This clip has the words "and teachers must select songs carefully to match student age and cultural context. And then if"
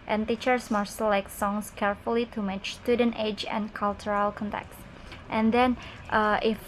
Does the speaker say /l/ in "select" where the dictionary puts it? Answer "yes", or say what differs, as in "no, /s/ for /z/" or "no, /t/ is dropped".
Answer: no, /l/ is dropped